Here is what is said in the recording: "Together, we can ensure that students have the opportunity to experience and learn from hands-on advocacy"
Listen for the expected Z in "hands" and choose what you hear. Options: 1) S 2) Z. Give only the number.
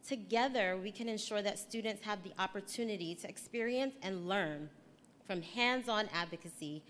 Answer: 2